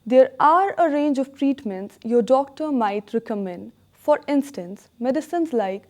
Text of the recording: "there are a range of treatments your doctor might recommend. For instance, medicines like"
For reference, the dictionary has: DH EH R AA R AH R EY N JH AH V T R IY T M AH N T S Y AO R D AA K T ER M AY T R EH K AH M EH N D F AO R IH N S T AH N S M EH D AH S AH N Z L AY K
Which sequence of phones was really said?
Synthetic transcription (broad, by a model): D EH R AA R AH R EY N JH AH V T R IY T M AH N T S Y AO R D AA K T ER M AY T R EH K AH M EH N D F AO R IH N S T AH N S M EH D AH S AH N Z L AY K